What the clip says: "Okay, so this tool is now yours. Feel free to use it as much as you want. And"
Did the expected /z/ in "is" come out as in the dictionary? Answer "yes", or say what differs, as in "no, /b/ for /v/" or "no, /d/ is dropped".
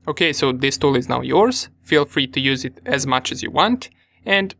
yes